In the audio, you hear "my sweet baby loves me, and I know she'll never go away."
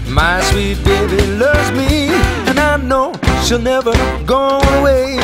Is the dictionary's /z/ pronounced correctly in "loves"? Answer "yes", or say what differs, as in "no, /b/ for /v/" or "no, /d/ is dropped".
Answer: yes